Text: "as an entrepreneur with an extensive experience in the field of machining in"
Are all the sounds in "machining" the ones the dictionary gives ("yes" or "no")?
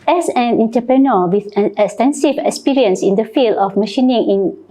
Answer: yes